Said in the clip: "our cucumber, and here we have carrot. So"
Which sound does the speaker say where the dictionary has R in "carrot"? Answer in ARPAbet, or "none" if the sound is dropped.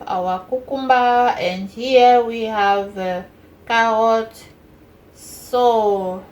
none